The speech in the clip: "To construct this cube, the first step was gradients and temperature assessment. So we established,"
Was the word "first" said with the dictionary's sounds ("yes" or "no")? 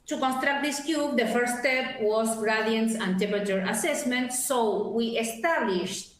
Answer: no